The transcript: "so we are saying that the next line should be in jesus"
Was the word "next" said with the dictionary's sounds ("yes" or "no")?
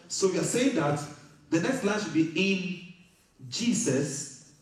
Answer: yes